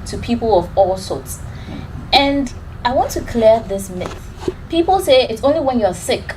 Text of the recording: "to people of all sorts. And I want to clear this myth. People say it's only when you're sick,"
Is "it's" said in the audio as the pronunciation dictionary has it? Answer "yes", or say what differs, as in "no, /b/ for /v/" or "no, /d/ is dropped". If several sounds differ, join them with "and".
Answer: yes